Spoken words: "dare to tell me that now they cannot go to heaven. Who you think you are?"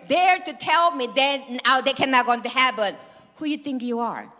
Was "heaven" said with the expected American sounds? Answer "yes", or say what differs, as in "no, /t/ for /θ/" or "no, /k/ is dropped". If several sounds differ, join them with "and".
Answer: no, /p/ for /v/